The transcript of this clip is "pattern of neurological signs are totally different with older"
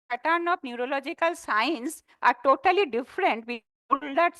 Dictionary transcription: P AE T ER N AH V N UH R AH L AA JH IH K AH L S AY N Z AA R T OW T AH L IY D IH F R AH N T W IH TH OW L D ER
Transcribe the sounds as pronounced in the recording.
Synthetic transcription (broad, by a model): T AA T N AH B N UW R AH L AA JH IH K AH L S AY N S AA R T OW T AH L IY D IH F R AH N T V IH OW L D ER